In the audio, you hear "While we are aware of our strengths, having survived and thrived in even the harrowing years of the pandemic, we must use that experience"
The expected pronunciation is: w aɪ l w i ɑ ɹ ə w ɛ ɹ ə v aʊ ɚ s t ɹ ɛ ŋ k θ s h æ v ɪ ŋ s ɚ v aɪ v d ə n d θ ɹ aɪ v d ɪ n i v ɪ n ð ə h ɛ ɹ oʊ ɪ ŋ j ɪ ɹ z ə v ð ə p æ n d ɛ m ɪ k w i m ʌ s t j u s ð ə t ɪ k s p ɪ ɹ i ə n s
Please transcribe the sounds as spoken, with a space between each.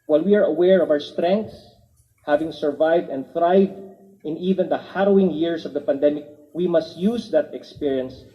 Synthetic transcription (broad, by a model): w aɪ l w i ɑ ɹ ə w ɛ ɹ ə v aʊ ɚ s t ɹ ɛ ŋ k t s h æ v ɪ ŋ s ɚ v aɪ v d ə n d θ ɹ aɪ v d ɪ n i v ɪ n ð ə h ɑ ɹ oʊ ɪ ŋ j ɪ ɹ s ə v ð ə p æ n d ɛ m ɪ k w i m ʌ s t j u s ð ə t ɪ k s p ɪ ɹ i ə n s